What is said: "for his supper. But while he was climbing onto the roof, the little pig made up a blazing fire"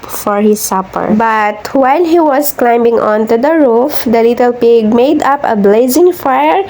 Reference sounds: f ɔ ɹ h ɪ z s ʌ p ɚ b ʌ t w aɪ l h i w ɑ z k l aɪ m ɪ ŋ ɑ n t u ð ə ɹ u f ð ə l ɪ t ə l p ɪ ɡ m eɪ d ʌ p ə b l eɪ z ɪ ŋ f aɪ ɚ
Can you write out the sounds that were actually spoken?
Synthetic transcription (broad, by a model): f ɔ ɹ h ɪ s ʌ p ɚ b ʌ t w aɪ l h i w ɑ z k l aɪ m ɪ ŋ ɑ n t u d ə ɹ u f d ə l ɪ t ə l p ɪ ɡ m eɪ d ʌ p ə b l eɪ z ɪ ŋ f aɪ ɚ